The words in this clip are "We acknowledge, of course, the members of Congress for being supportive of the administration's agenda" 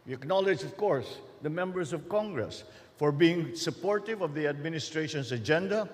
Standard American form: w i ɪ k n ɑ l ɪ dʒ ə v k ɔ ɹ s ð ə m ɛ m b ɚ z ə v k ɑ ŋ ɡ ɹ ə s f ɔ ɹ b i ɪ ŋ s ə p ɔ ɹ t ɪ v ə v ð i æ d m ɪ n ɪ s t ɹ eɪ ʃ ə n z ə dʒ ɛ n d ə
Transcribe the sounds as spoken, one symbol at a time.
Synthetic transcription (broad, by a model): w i ɪ k n ɑ l ɪ dʒ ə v k ɔ ɹ s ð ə m ɛ m b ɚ s ə v k ɑ ŋ ɡ ɹ ə s f ɔ ɹ b i ɪ ŋ s ə p ɔ ɹ t ɪ v ə v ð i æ d m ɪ n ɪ s t ɹ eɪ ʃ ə n s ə dʒ ɛ n d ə